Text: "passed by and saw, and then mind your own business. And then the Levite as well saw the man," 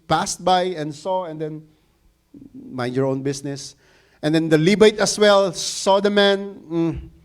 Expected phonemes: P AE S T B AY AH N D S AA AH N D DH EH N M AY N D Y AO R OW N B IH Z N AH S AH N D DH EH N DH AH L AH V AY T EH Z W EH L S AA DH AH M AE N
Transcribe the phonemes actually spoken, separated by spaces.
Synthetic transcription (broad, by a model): P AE S T B AY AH N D S AA AH N D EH N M AY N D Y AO R OW N B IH S N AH S AH N D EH N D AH L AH B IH T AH S W EH L S AA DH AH M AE N